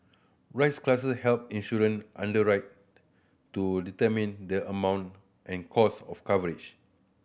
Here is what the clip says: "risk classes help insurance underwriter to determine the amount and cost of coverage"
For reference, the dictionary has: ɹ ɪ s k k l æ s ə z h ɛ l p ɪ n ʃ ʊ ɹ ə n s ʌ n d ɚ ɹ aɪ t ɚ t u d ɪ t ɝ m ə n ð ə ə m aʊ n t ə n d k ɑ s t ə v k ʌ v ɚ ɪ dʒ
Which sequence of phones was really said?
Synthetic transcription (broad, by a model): ɹ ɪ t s k l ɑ s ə s h ɛ l p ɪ n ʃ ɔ ɹ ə n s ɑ n d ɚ ɹ aɪ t t u d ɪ t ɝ m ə n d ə ə m aʊ n t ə n k ɑ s ə f k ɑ v ɚ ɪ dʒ